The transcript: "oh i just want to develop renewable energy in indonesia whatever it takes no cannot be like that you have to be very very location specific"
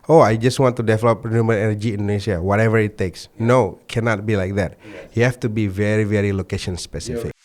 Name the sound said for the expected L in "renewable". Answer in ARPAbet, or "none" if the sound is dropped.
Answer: N